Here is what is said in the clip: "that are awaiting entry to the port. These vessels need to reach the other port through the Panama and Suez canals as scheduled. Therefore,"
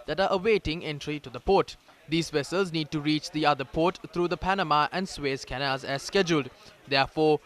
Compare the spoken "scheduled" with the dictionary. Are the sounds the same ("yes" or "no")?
yes